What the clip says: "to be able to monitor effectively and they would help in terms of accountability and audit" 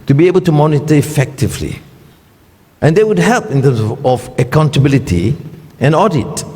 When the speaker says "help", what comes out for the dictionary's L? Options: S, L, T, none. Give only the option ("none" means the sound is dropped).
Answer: L